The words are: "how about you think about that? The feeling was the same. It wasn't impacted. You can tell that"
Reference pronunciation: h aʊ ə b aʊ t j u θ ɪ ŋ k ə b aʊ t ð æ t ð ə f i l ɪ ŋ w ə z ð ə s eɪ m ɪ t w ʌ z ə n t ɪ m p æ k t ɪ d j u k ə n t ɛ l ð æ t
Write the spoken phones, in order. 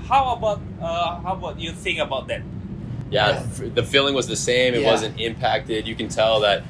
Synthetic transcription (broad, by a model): h aʊ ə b aʊ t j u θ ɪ ŋ ə b aʊ t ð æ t ð ə f i l ɪ ŋ w ə z ð ə s eɪ m ɪ t w ʌ z ə n t ɪ m p æ k t ɪ d j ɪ k ə n t ɛ l ð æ t